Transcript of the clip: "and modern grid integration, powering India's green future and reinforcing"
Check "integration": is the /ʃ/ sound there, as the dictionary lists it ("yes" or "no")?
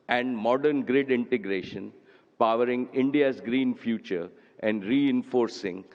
yes